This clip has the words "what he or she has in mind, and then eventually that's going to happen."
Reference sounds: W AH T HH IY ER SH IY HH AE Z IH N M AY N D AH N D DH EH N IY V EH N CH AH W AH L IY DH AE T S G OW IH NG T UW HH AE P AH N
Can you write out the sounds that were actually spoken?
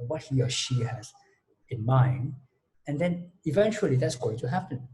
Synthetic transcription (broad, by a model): W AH T HH IY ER SH IY HH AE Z IH N M AY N AH N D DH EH N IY V EH N CH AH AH L IY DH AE T S G OW IH NG T UW HH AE P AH N